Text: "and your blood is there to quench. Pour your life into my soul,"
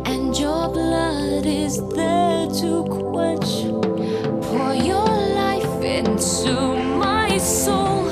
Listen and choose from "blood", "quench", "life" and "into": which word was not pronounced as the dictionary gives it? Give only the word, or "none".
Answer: quench